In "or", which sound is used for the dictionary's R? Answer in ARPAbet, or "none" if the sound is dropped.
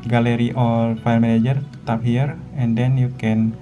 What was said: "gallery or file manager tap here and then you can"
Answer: L